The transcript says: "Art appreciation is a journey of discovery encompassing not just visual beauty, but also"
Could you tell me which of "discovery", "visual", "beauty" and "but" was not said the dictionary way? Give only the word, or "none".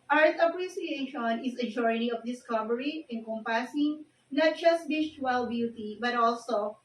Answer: visual